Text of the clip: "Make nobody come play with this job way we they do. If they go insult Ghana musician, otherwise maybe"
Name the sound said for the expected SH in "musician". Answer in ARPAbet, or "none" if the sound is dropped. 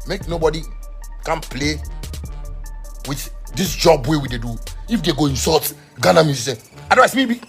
S